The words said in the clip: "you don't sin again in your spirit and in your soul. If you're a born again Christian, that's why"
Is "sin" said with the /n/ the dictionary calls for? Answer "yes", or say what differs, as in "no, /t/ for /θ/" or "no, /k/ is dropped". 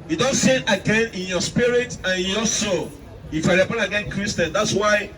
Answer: no, /n/ is dropped